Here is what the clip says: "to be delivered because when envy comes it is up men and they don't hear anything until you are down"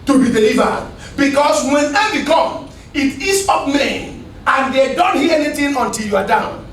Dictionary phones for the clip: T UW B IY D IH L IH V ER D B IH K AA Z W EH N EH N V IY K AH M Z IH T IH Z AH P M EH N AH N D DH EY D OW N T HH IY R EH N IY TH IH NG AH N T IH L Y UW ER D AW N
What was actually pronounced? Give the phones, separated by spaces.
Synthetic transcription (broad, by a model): T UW B IY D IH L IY V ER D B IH K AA S W EH N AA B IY K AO M IH T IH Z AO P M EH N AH N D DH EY D OW N T HH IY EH N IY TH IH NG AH N T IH L Y UW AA D AW N